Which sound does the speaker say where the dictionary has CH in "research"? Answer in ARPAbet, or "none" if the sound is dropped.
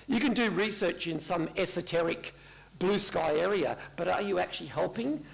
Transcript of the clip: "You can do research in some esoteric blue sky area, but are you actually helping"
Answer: CH